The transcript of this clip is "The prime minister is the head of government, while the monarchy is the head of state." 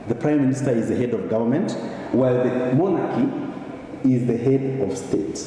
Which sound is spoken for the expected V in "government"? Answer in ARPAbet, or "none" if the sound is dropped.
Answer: V